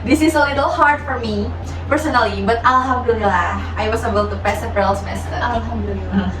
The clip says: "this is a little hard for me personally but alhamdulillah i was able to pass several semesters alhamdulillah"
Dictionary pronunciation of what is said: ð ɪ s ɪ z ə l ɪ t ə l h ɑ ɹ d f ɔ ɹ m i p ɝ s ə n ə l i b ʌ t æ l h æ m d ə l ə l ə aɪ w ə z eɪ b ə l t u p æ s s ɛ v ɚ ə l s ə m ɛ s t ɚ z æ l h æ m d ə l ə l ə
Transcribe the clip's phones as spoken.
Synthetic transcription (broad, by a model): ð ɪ s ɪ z ə l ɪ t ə l h ɑ ɹ d f ɔ ɹ m i p ɝ s ə n ə l i b ʌ t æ l h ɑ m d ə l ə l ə aɪ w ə s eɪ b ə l t u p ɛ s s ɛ p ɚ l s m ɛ s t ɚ æ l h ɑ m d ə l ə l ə